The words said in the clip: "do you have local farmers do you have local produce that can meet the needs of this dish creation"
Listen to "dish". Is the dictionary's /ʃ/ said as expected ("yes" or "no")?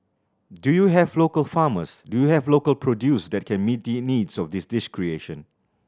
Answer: no